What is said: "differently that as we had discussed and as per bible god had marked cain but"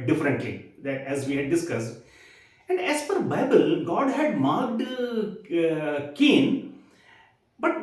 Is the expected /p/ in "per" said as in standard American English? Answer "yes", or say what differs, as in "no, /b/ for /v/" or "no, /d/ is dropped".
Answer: no, /f/ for /p/